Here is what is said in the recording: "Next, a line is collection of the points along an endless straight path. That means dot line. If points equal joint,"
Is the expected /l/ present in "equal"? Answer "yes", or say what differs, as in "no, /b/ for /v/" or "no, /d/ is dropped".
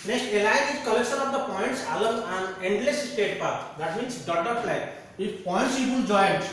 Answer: no, /n/ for /l/